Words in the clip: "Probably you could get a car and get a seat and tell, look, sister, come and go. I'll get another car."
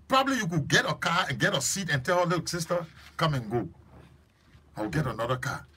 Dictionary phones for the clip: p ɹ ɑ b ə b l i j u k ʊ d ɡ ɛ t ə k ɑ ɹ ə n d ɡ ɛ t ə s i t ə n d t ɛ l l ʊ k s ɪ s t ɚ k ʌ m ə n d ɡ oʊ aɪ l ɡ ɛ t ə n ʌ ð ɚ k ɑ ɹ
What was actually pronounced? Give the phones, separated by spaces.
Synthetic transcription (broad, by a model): p ɹ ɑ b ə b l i j u k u ɡ ɛ t ə k ɑ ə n ɡ ɛ t ə s i t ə n t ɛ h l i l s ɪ s t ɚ k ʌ m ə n ɡ oʊ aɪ w ɡ ɛ t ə n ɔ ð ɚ k ɑ